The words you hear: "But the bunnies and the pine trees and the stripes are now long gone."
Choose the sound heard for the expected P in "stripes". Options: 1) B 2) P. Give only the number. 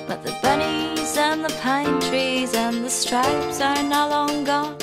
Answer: 2